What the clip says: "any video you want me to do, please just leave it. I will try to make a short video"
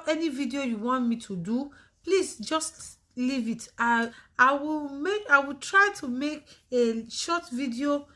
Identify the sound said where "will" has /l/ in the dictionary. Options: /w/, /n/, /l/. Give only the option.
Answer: /w/